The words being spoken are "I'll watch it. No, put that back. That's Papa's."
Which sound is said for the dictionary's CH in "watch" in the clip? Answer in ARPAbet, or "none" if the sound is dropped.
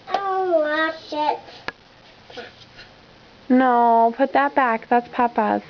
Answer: SH